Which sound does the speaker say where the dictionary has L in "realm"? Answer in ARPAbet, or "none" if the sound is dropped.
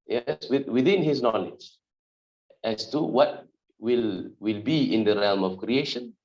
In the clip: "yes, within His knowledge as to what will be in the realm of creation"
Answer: L